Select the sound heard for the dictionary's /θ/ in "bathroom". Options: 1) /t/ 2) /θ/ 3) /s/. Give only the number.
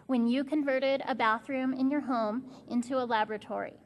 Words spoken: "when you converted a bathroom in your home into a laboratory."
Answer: 2